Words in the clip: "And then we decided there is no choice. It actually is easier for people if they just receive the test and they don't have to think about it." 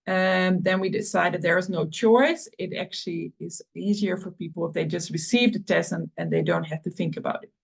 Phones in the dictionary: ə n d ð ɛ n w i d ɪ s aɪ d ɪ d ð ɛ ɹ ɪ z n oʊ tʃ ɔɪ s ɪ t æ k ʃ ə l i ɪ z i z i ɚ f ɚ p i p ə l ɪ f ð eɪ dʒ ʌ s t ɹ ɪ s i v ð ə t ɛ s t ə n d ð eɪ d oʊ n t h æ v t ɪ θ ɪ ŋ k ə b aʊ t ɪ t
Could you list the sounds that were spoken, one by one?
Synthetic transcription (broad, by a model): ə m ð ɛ n w i d ɪ s aɪ d ɪ d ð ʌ ɹ ɪ z n oʊ tʃ ɔɪ s ɪ t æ k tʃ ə l i ɪ z i z i ɚ f ɚ p i p l ɪ f ð eɪ dʒ ʌ s t ɹ ɪ s i v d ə t ɛ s ə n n ð eɪ d oʊ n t h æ f t ɪ θ ɪ ŋ k ə b aʊ t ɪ t